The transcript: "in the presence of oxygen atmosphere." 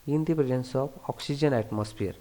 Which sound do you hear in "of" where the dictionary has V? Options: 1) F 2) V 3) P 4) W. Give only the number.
3